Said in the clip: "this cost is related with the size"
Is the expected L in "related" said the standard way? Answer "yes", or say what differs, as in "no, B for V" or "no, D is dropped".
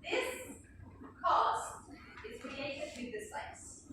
no, L is dropped